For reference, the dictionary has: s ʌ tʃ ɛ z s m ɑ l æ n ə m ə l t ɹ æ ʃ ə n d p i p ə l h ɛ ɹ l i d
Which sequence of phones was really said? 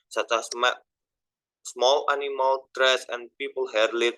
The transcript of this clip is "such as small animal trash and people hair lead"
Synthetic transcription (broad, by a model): s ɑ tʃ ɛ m s m ɑ l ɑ n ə m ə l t ɹ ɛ s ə n p i p ə l h ɛ ɹ l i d